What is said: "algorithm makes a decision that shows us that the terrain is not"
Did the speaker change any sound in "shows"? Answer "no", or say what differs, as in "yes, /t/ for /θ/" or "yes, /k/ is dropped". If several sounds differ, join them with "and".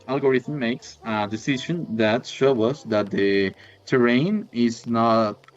yes, /z/ is dropped